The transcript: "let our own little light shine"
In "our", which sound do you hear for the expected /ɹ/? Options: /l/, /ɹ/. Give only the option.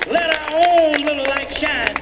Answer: /ɹ/